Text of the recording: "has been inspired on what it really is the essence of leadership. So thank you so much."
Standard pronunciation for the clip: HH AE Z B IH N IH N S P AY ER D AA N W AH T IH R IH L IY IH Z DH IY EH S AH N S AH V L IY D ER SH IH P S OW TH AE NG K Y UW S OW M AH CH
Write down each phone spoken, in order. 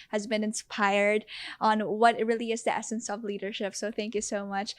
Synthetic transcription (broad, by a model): HH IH Z B IH N IH N S P AY ER D N W AH T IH R IH L IY IH Z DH IY EH S AH N S AH V L IY D ER SH IH P S OW TH AE NG K Y UW S OW M AH CH